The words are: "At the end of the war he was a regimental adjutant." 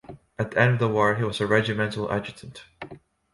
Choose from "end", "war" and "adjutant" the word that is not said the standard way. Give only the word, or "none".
none